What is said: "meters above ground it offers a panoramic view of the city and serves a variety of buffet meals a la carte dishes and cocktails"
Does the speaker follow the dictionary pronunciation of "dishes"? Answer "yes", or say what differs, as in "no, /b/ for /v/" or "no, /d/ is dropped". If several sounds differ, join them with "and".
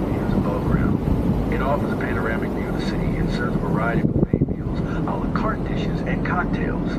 yes